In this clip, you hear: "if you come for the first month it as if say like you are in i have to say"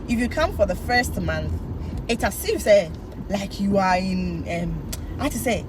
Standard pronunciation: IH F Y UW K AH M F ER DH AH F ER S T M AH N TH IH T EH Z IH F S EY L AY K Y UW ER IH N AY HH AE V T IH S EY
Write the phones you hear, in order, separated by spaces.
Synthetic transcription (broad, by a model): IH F Y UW K AH M F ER DH AH F ER S T M AH N TH IH T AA S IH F S EY L AY K Y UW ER IH N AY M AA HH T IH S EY